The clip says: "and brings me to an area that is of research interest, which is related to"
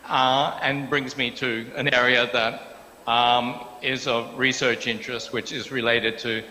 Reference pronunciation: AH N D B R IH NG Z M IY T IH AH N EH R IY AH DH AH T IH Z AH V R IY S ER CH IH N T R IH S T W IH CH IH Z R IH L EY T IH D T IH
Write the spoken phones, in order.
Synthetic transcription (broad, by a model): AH N B R IH NG Z M IY T IH AH N EH R IY AH DH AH T IH Z AH V R IY S ER CH IH N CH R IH S T W IH CH IH Z R IH L EY T IH D T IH